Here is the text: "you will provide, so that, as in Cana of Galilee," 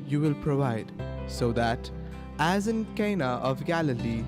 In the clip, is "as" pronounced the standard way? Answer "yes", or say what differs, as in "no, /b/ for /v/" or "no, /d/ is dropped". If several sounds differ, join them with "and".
yes